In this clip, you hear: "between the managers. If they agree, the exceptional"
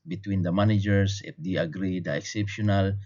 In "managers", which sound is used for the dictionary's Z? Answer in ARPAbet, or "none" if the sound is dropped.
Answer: S